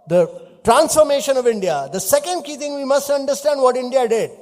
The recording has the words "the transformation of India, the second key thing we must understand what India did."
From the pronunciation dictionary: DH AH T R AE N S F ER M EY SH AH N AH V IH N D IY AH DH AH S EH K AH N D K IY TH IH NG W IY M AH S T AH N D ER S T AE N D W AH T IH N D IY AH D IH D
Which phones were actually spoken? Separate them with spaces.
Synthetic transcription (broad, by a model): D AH T R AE N S F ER M EY SH AH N AH V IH N D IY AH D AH S EH K AH N D K IY T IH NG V IY M AH S T AH N D ER S T AE N D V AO T IH N D IY AH D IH D